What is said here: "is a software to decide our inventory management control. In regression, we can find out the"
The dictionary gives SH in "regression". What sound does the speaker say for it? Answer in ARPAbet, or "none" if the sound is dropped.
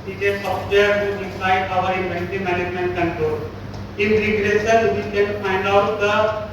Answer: S